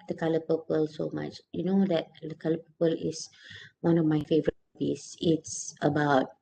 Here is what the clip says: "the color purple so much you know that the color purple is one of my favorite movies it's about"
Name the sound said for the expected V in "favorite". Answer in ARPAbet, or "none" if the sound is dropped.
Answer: V